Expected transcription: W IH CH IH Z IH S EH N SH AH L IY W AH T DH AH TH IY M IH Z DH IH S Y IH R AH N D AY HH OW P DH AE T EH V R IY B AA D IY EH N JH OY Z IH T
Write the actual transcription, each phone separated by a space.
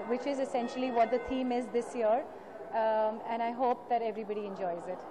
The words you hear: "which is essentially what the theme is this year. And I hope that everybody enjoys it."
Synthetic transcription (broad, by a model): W IH CH IH Z IH S EH N SH AH L IY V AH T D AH T IY M IH Z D IH S Y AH R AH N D AY HH OW P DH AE T EH V R IY B AA D IY EH N JH OY Z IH T